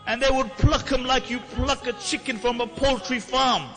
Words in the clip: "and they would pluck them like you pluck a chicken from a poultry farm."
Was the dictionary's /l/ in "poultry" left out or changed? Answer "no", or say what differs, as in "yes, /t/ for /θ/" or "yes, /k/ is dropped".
no